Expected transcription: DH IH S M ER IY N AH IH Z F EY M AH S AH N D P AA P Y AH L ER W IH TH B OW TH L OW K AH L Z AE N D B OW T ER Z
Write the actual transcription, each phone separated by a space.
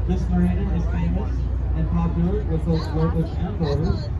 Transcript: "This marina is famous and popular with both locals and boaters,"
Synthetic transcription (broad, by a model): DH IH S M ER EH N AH IH Z F EY M AH S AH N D P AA P Y L ER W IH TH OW T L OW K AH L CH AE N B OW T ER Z